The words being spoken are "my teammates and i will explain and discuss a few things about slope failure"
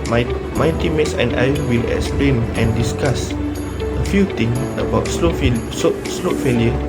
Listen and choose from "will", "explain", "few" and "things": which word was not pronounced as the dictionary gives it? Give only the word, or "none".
things